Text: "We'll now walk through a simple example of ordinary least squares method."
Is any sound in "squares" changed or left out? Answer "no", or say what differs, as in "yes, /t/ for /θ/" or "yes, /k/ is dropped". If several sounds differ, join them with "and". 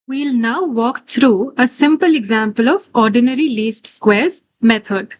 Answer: no